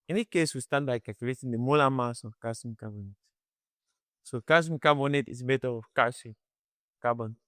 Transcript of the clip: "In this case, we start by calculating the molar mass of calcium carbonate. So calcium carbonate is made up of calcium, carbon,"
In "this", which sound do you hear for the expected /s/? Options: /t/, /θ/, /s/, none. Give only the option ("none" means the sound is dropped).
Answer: none